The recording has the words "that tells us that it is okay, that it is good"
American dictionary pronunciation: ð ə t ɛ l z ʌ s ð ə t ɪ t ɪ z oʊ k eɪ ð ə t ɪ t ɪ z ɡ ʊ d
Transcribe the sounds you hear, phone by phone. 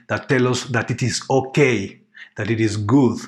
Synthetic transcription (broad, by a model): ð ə t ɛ l ʌ s ð ə t ɪ t ɪ z oʊ k eɪ ð ə t ɪ t ɪ z ɡ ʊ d